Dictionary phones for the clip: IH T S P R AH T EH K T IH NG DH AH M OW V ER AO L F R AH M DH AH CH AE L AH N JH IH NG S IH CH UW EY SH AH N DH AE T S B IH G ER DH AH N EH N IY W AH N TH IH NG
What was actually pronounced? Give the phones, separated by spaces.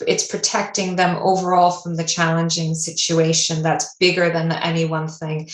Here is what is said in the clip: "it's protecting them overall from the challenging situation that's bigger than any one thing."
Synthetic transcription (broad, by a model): IH T S P R AH T EH K T IH NG DH AH M OW V ER AO L F R AH M DH AH CH AE L AH N JH IH NG S IH CH UW EY SH AH N DH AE T S B IH G ER DH AH N EH N IY W AH N TH IH NG